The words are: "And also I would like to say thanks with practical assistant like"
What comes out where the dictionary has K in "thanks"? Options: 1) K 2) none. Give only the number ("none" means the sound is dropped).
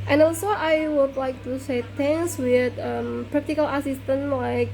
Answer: 2